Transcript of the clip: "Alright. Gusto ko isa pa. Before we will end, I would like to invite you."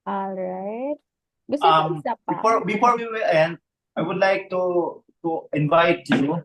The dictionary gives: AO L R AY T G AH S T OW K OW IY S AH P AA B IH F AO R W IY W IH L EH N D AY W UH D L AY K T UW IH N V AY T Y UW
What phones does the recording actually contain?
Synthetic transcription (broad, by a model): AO L R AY T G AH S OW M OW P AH F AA B IH F AO R W IY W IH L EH N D AY W UH D L AY K T UW IH N V AY T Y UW